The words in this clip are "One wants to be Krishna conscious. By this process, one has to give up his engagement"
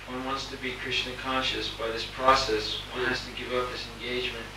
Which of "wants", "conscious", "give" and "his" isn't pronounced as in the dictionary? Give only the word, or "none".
his